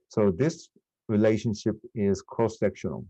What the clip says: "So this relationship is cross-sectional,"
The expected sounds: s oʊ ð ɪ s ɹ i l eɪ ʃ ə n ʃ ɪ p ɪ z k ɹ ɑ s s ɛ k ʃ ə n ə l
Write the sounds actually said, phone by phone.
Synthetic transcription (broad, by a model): s oʊ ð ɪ s ɹ i l eɪ ʃ ə n ʃ ɪ p ɪ z k ɑ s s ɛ k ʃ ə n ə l